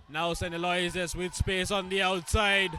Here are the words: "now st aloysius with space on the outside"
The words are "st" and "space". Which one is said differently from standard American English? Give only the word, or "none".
st